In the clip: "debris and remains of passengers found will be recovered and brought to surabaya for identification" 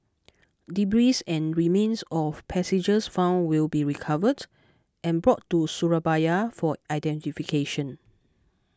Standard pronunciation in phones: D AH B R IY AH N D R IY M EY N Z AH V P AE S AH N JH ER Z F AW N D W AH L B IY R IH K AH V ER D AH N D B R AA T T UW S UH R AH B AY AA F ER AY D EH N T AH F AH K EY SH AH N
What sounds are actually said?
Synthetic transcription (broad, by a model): D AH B R IY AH N R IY M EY N S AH F P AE S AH JH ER S F AW N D W AH L B IY R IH K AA V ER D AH N B R AA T T UW S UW R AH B AY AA F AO AY D EH N T AH F AH K EY SH AH N